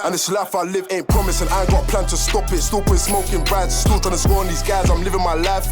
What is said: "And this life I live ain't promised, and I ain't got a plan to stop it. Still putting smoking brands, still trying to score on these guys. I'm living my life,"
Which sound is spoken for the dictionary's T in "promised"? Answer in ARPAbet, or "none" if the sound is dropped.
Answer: none